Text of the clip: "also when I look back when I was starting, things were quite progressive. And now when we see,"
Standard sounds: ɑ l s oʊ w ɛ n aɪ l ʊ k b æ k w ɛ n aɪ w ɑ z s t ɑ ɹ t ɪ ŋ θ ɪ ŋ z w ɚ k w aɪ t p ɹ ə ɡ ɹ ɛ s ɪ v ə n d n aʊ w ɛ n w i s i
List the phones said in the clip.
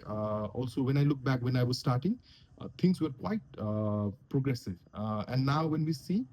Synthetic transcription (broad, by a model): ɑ l s oʊ w ɛ n aɪ l ʊ k b æ k w ɛ n aɪ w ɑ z s t ɑ ɹ t ɪ ŋ t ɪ ŋ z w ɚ k w aɪ t p ɹ ə ɡ ɹ ɛ s ɪ v ə n d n aʊ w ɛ n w i s i